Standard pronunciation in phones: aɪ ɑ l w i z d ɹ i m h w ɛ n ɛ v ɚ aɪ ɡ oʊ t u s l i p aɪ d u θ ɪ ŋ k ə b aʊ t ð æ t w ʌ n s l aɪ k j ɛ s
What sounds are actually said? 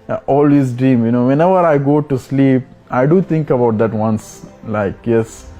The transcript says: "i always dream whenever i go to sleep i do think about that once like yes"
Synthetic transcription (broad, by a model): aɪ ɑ l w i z d ɹ i m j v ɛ n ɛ v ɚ aɪ ɡ oʊ t u s l i p aɪ d u t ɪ ŋ k ə b aʊ t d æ t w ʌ n s l aɪ k j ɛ s